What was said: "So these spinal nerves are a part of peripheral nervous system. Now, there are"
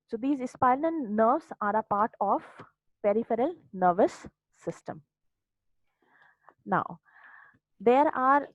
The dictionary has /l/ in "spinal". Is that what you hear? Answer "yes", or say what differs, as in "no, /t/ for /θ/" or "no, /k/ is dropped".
no, /n/ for /l/